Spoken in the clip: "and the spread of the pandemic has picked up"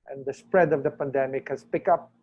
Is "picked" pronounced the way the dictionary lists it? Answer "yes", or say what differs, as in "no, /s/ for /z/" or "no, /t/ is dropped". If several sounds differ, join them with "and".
no, /t/ is dropped